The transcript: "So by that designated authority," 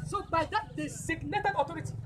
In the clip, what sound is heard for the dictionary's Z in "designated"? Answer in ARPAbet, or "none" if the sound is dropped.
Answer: S